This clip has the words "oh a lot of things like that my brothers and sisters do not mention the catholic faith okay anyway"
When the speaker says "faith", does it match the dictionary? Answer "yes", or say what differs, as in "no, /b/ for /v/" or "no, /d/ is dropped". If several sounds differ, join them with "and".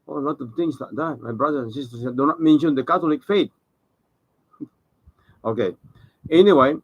no, /t/ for /θ/